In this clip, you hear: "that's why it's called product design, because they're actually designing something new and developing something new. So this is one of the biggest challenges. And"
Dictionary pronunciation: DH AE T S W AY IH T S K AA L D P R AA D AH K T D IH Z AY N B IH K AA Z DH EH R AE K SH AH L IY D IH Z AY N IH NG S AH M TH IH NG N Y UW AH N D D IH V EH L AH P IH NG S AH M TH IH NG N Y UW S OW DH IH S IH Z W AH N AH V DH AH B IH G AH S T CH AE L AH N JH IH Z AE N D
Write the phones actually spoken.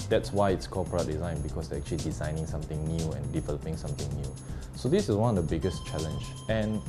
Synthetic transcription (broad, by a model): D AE T S W AY IH T S K AA P AA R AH T D IH Z AY N B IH K AA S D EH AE K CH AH L IY D IH Z AY N IH NG S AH M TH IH NG N Y UW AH N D D IH V EH L AH P IH NG S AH M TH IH NG N Y UW S OW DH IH S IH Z W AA N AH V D AH B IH G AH S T CH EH L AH N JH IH N